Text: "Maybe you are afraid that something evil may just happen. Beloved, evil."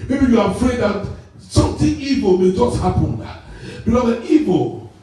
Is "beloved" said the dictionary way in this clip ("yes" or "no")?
no